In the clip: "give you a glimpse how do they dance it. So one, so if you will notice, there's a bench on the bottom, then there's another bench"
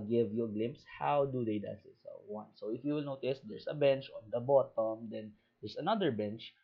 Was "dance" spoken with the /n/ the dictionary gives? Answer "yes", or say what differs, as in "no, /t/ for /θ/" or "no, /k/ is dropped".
no, /n/ is dropped